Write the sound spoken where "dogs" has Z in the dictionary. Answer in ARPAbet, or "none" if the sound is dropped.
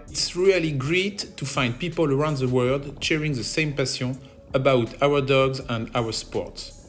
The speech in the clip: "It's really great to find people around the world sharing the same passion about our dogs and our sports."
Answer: Z